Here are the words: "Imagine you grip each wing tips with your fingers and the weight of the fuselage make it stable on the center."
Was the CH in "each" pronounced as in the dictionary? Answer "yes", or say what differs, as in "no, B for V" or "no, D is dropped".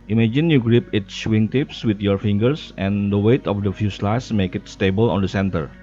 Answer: no, S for CH